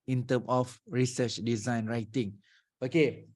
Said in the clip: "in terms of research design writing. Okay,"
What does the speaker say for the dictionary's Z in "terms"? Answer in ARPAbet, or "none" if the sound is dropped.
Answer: none